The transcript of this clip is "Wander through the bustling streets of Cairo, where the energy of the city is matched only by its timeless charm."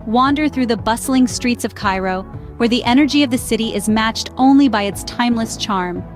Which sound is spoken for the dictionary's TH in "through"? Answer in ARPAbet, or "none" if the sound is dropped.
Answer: TH